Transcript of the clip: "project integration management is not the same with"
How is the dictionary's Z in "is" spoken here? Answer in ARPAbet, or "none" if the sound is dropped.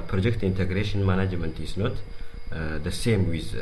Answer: S